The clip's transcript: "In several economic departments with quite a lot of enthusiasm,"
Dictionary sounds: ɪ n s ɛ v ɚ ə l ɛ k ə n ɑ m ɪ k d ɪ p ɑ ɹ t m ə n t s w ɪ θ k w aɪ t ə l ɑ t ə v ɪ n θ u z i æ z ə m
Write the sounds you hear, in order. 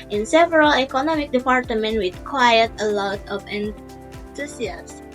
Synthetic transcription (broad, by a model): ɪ n s ɛ v ɚ ə l ɛ k ə n ɑ m ɪ k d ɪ p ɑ ɹ t m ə n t w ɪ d k w aɪ t ə l ɑ t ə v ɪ n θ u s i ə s